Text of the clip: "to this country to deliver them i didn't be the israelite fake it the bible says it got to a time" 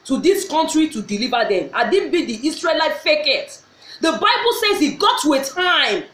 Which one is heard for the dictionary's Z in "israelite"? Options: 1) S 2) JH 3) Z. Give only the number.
1